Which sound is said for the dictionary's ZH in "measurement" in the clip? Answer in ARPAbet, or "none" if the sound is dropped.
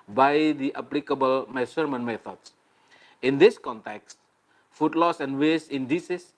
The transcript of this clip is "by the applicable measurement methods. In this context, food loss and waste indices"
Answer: S